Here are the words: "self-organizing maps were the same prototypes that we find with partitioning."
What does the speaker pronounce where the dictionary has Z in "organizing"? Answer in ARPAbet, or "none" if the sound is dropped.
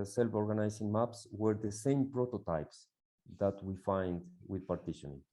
S